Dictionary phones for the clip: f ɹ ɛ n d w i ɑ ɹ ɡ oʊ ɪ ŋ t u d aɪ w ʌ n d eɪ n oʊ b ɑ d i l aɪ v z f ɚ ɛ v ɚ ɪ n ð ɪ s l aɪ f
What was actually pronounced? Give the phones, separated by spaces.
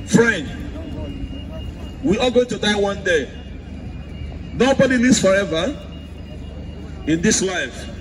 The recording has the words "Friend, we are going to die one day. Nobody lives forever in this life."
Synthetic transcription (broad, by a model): f ɹ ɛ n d w i ɑ l ɡ oʊ ɪ ŋ t u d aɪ w ʌ n d eɪ n oʊ b ɑ d i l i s f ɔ ɛ v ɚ ɪ n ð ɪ s l aɪ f